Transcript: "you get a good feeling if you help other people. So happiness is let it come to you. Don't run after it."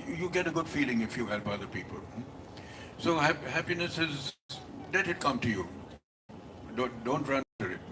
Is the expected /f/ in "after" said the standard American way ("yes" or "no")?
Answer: no